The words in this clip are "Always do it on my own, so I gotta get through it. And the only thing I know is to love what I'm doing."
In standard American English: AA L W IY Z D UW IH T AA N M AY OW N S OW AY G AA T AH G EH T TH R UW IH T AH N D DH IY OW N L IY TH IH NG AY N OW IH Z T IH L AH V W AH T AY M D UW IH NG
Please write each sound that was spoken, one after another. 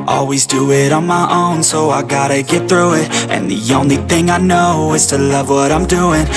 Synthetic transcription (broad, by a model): AA L W IY Z D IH IH T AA N M AY OW N S OW AY G AA T AH G EH T TH R UW IH T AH N DH IY OW N L IY TH IH NG AY N OW IH Z T IH L AH V W AH T AY M D UW IH NG